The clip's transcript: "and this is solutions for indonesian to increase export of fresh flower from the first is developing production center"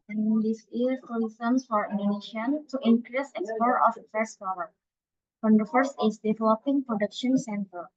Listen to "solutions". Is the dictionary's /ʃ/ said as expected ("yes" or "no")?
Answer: no